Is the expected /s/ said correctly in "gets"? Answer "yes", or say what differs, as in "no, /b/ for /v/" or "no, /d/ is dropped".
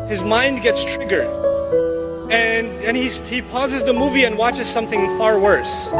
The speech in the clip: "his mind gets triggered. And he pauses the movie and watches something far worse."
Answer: yes